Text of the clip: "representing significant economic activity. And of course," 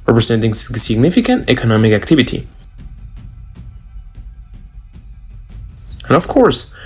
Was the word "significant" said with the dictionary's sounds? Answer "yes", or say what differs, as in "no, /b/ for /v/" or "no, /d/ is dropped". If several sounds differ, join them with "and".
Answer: yes